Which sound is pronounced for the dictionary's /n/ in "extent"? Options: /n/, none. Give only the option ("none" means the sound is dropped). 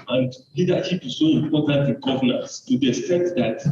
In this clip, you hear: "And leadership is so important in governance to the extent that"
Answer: none